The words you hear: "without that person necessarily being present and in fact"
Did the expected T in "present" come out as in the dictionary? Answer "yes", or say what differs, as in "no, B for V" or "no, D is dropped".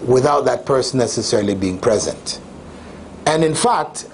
yes